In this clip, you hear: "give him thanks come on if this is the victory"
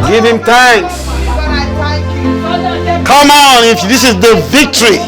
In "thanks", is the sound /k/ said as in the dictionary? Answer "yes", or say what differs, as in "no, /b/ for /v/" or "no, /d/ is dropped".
no, /k/ is dropped